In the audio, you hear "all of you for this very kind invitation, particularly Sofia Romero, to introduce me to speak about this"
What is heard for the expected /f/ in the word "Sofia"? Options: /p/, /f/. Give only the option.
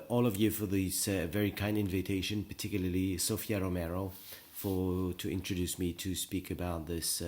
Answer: /f/